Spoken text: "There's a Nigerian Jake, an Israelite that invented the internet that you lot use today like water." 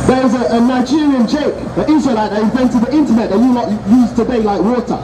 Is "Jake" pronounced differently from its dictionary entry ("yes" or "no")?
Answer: yes